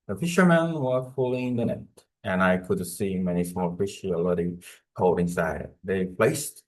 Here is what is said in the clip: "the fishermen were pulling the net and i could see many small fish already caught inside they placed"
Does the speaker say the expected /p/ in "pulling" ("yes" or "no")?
no